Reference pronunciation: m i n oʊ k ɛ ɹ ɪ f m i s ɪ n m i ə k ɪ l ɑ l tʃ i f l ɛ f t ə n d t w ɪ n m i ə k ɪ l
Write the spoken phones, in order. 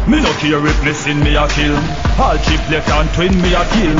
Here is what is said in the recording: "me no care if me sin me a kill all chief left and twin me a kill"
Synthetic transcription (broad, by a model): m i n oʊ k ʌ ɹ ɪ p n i s ɪ n m i ə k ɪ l ɑ l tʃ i p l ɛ t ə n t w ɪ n m i ə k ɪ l